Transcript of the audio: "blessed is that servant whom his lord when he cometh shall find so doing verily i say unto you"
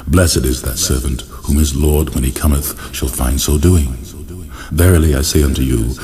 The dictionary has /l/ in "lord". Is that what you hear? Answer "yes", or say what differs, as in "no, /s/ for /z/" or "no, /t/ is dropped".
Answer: yes